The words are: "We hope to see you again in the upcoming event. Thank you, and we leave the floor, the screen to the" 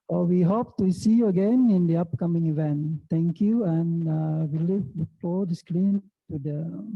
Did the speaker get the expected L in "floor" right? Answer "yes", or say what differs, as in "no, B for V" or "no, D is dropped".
no, L is dropped